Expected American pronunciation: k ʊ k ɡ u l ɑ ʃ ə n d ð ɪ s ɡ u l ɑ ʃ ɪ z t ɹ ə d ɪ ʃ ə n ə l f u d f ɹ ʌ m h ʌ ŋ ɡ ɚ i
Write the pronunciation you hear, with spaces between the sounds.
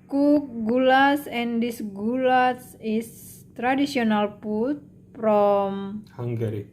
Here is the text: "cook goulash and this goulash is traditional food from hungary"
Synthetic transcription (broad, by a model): k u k ɡ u l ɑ s ə n d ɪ s ɡ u l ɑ s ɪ s t ɹ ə d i s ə n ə l p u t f ɹ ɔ m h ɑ ŋ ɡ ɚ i